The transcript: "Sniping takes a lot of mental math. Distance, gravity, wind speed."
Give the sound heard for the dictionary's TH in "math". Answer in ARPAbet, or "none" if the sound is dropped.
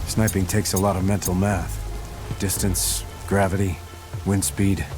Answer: TH